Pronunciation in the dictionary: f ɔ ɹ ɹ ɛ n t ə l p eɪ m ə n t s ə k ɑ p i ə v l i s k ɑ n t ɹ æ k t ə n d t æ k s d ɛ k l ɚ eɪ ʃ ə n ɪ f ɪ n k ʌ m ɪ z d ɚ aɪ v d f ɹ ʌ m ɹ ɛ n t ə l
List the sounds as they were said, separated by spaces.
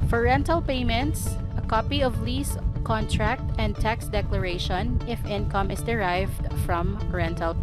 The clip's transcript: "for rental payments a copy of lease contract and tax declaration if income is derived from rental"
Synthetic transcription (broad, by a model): f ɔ ɹ ɹ ɛ n t ə l p eɪ m ə n t s ə k ɑ p i ə v l i s k ɑ n t ɹ æ k t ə n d t æ k s d ɛ k l ɚ eɪ ʃ ə n ɪ f ɪ n k ʌ m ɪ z d ɚ aɪ v d f ɹ ʌ m ɹ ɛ n t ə l